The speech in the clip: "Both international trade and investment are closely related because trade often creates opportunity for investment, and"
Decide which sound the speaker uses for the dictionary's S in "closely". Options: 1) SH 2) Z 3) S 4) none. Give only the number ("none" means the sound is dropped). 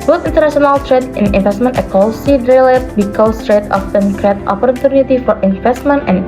4